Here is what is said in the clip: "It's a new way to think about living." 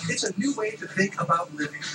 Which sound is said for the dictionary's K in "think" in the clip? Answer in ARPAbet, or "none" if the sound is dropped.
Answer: K